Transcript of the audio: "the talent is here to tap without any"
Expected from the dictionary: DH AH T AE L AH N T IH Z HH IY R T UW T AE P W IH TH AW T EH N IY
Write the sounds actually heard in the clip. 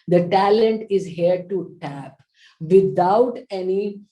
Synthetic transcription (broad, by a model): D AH T AE L AH N T IH Z HH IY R T UW T AE P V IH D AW T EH N IY